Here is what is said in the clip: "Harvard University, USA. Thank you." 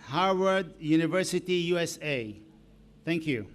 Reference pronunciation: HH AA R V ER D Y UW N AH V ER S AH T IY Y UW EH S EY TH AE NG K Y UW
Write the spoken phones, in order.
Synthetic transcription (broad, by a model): HH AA R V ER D Y UW N AH V ER S AH T IY Y UW EH S EY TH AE NG K Y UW